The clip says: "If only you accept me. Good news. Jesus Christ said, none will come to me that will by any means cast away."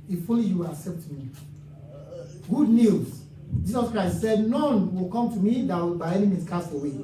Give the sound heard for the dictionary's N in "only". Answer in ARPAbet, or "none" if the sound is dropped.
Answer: none